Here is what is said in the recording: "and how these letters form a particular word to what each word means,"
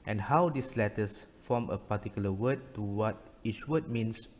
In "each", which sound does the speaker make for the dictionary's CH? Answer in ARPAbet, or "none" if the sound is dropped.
CH